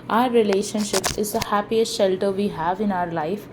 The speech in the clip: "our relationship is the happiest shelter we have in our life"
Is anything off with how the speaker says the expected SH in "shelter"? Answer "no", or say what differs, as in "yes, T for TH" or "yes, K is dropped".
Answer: no